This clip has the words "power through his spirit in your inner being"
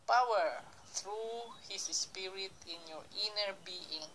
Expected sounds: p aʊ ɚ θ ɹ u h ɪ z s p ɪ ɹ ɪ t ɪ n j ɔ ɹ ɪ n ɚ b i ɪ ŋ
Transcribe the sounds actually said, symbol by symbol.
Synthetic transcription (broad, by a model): p aʊ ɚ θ ɹ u h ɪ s s p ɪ ɹ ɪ t ɪ n j ɔ ɹ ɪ n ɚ b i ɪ ŋ